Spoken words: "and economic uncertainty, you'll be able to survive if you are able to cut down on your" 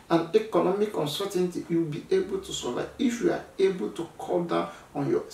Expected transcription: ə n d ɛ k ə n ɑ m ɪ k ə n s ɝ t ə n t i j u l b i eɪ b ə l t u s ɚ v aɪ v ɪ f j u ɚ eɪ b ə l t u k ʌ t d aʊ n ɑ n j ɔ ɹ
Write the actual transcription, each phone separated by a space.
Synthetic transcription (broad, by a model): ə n ɛ k ə n ɑ m ɪ k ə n s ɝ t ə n t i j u w b i eɪ b ə l t u s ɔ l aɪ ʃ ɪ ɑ eɪ b ə l t u k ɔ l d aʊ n ɑ n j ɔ